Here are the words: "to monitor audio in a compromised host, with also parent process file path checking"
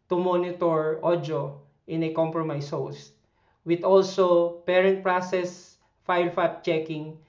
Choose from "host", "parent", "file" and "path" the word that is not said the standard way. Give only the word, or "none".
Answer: path